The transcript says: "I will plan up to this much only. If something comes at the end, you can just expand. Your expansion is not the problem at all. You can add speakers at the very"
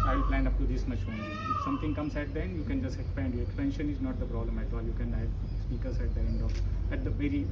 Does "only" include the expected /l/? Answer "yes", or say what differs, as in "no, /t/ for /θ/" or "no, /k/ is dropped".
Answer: no, /l/ is dropped